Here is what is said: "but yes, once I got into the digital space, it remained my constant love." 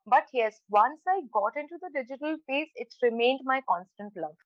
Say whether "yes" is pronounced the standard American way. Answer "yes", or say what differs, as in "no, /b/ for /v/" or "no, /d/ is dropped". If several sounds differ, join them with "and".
yes